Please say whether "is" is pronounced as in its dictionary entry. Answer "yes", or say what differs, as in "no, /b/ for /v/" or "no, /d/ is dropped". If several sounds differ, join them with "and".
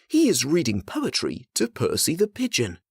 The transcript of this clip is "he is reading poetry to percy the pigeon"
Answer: yes